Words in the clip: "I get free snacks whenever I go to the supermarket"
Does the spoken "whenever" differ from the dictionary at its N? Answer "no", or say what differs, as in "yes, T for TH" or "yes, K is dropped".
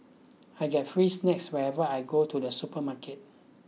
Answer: yes, N is dropped